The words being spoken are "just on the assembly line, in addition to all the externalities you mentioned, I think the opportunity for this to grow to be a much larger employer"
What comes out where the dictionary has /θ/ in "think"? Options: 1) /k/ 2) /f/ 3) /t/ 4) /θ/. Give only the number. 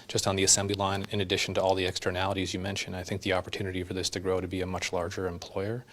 4